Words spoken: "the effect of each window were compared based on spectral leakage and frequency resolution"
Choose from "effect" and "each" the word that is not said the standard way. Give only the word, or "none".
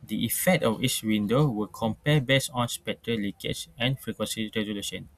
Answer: each